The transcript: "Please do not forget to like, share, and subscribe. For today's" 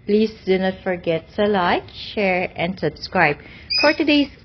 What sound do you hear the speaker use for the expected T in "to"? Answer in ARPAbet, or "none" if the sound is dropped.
S